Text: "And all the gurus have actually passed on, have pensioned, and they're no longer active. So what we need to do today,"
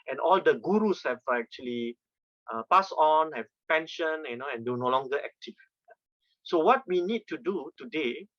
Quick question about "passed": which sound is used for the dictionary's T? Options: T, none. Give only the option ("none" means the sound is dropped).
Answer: none